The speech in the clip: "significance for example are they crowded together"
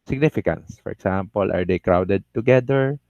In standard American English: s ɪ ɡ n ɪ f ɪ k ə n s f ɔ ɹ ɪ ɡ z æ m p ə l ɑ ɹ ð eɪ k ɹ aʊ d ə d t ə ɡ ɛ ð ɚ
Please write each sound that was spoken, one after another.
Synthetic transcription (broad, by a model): s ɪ ɡ n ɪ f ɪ k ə n s f ɔ ɹ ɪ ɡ s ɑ m p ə l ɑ ɹ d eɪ k ɹ aʊ d ə d t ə ɡ ɛ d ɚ